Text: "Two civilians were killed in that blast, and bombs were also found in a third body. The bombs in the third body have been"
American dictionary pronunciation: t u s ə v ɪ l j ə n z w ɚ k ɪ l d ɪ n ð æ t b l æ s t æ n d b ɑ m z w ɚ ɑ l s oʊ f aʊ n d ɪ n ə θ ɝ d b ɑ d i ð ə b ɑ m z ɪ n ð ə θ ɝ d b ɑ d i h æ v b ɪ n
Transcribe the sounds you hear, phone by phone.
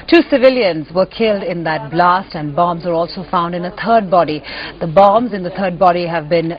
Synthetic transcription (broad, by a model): t u s ə v ɪ l j ə n z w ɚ k ɪ l d ɪ n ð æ t b l æ s t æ n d b ɑ m z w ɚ ɑ l s oʊ f aʊ n d ɪ n ə t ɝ d b ɑ d i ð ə b ɑ m z ɪ n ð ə t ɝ d b ɑ d i h æ v b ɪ n